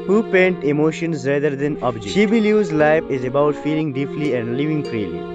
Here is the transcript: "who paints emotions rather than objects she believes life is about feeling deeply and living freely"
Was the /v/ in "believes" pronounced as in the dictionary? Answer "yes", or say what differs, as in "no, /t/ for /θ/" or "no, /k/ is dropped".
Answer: no, /v/ is dropped